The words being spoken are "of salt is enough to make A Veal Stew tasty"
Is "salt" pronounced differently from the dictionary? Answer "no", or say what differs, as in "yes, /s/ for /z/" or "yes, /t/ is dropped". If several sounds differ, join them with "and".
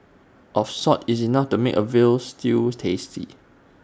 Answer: yes, /l/ is dropped